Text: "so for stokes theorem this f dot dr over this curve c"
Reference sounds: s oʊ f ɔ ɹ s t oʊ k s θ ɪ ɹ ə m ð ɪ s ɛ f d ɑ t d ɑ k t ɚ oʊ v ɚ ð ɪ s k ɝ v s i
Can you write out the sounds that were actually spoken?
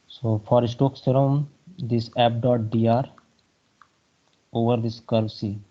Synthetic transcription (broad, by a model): s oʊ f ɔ ɹ s t oʊ k s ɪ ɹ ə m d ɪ s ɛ p d ɑ t d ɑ t oʊ v ɚ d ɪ s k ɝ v s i